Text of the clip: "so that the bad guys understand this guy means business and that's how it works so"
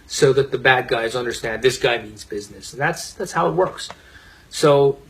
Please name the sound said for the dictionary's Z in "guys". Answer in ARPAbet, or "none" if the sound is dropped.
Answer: Z